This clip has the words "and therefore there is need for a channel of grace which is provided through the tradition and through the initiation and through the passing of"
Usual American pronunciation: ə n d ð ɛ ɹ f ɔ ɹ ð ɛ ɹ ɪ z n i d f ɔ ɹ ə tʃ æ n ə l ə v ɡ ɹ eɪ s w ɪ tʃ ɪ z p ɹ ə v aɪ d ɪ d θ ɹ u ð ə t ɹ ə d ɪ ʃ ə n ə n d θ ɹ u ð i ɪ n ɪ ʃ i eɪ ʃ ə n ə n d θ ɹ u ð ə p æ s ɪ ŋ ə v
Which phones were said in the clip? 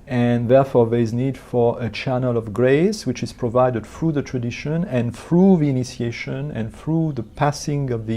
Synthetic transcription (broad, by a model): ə n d ð ɛ ɹ f ɔ ɹ ð ɛ ɹ ɪ z n i d f ɔ ɹ ə tʃ æ n ə l ə v ɡ ɹ eɪ s w ɪ tʃ ɪ z p ɹ ə v aɪ d ɪ d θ ɹ u ð ə t ɹ ə d ɪ ʃ ə n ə n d θ ɹ u ð i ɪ n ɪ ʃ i eɪ ʃ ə n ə n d θ ɹ u ð ə p æ s ɪ ŋ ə v